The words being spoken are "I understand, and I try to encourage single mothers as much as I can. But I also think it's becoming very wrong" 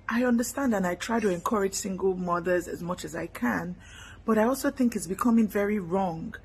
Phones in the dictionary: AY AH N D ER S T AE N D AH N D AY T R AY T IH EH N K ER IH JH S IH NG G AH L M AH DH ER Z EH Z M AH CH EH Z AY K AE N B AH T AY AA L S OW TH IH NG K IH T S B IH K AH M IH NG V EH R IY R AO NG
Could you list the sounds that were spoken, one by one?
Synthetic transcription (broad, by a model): AY AH N D ER S T AE N D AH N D AY T R AY T IH EH N K ER IH JH S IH NG G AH L M AH DH ER Z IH Z M AH CH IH Z AY K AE N B AH T AY AA L S OW TH IH NG K IH T S B IH K AH M IH NG V EH R IY R AO NG